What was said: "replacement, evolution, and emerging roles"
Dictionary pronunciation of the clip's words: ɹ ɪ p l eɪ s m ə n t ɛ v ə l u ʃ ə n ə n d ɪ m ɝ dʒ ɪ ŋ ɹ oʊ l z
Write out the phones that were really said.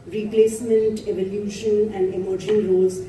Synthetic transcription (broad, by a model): ɹ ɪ p l eɪ s m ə n t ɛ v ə l u ʃ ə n ə n d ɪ m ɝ ʃ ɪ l ɹ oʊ l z